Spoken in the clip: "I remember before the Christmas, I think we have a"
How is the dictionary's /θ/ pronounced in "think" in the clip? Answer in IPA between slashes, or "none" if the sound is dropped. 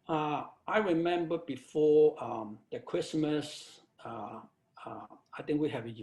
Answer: /t/